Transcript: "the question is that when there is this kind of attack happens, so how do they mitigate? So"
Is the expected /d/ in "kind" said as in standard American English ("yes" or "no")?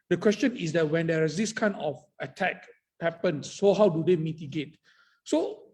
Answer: no